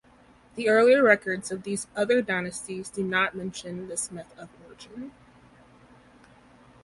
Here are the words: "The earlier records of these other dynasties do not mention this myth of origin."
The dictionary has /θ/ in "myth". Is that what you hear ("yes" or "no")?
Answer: yes